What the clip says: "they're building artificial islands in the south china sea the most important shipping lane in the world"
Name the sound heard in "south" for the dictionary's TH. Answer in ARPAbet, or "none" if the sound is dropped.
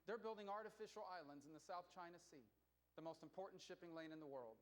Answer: TH